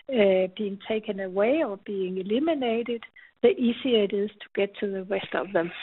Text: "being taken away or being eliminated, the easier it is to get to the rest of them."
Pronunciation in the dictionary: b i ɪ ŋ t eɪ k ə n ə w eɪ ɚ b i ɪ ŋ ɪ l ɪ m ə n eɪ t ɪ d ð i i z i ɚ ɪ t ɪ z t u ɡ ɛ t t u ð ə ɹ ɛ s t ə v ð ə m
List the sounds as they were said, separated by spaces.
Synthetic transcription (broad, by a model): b i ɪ ŋ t eɪ k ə n ə w eɪ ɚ b i ɪ ŋ ɪ l ɪ m ə n eɪ t ɪ d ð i i s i ɪ t ɪ z t u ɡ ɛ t t u ð ə ɹ ɛ s t ə v ð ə m